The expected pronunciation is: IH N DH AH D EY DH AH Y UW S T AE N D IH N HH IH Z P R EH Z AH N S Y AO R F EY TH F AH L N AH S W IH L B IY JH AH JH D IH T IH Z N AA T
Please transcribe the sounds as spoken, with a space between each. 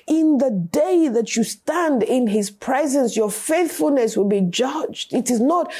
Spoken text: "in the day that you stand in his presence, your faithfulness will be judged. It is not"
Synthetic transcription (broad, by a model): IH N DH AH D EY DH AH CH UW S T AE N D IH N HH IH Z P R EH Z AH N S Y AO R F EY TH F AH L N AH S W IH L B IY JH AH JH D IH T IH Z N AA T